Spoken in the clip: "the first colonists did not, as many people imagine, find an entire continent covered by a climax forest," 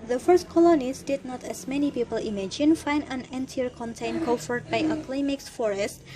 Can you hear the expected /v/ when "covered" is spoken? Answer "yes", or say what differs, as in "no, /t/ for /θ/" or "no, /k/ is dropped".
no, /f/ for /v/